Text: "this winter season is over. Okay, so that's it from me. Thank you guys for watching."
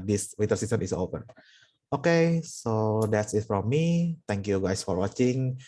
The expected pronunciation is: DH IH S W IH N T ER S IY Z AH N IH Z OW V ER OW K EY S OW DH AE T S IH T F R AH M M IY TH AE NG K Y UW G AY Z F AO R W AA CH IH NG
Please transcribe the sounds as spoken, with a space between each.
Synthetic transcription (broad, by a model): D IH S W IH T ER S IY S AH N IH S OW P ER OW K EY S OW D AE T S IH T F R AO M M IY T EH NG K Y UW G AY S F AO R W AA CH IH NG